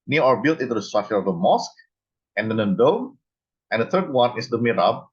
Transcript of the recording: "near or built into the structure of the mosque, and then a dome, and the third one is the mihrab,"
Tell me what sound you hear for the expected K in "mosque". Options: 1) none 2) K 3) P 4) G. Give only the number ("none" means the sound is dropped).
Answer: 2